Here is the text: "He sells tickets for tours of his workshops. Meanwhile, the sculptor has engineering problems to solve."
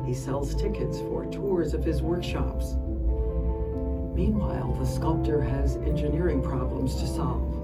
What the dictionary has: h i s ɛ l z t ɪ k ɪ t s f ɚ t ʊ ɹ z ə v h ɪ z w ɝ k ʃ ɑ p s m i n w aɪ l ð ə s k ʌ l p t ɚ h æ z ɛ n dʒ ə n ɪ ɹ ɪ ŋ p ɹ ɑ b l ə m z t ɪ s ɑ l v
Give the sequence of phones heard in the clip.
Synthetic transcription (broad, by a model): h i s ɛ l z t ɪ k ɪ t s f ɚ t ʊ ɹ z ə v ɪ z w ɝ k ʃ ɑ p s m i n w aɪ l ð ə s k ʌ l p t ɚ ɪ z ɛ n dʒ ə n ɪ ɹ ɪ ŋ p ɹ ɑ b l ə m z t ɪ s ɑ l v